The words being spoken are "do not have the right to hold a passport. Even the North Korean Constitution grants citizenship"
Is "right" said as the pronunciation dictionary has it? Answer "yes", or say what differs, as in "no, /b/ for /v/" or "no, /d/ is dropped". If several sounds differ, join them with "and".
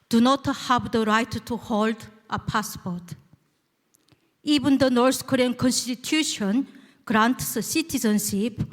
yes